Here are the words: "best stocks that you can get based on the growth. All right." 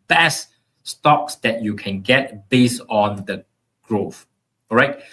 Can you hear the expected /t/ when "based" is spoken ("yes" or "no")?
no